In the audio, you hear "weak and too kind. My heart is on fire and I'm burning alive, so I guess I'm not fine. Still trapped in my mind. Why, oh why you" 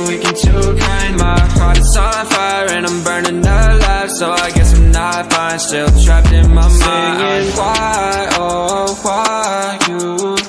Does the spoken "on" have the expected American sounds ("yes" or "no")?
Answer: no